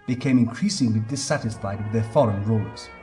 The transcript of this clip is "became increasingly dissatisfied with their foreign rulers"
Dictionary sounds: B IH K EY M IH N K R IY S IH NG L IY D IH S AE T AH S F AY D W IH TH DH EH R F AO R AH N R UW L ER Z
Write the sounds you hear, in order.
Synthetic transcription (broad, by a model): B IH K EY M IH N K R IY S IH NG L IY D IH S AE T AH S F AY D W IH DH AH R F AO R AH N R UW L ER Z